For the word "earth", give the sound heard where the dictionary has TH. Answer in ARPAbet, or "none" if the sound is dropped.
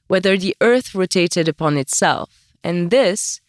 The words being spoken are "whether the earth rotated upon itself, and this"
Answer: TH